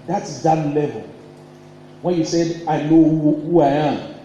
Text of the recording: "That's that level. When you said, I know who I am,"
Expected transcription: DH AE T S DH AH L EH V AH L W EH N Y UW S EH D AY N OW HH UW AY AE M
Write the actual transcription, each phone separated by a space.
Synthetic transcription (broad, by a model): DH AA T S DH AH L EH V AH L W EH N Y UW S EH D AY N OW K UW AY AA